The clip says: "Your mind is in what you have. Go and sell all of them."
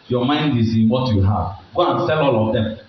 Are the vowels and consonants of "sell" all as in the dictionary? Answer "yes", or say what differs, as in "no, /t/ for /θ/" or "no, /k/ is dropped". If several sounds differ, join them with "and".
yes